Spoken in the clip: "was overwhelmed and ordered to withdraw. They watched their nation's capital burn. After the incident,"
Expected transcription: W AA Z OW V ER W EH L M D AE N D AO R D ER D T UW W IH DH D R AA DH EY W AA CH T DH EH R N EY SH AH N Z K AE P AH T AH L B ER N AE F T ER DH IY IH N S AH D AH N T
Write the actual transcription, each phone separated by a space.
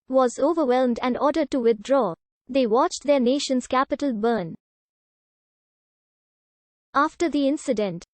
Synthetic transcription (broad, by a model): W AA Z OW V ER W EH L M D AE N D AO R D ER D T UW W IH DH D R AA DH EY W AA CH T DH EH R N EY SH AH N Z K AE P AH T AH L B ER N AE F T ER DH IY IH N S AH D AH N T